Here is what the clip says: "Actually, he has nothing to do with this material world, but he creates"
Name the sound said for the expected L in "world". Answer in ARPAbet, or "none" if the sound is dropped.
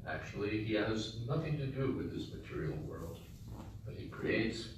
L